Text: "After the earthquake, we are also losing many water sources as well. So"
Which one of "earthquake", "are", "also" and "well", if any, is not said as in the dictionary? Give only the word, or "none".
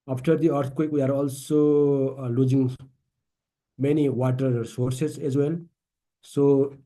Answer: earthquake